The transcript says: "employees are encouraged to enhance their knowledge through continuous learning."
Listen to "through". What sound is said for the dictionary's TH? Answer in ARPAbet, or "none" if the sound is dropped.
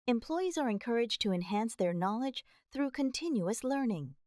TH